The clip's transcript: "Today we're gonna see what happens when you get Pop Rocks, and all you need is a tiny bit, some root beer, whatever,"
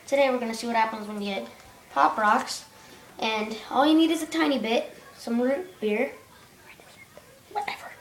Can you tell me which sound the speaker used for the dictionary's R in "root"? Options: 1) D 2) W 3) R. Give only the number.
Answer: 2